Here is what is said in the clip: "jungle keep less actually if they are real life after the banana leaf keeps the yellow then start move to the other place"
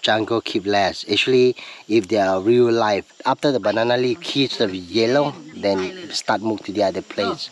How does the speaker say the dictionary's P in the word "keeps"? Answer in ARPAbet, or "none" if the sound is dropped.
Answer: none